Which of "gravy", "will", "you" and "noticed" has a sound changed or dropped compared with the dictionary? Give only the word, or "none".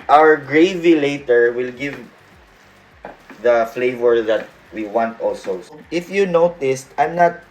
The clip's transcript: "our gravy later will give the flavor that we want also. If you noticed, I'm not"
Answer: none